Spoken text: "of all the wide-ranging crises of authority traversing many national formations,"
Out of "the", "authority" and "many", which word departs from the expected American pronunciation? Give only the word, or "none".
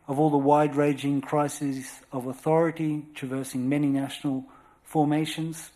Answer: none